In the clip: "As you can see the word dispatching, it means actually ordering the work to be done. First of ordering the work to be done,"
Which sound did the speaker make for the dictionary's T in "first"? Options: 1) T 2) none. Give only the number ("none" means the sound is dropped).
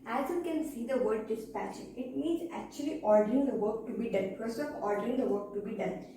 2